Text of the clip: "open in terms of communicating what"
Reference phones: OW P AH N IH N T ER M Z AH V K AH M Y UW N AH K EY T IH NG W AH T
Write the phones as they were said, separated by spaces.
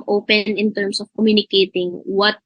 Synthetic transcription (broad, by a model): OW P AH N IH N T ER M S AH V K AH M Y UW N AH K EY T IH NG W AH T